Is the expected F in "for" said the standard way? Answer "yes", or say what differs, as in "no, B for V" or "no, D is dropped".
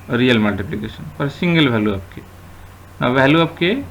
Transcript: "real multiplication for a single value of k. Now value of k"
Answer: no, P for F